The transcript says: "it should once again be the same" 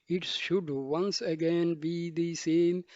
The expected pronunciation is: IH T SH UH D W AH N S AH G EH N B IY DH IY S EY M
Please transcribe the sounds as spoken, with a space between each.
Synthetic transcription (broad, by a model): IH T SH UH D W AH N S AH G EH N B IY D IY S EY M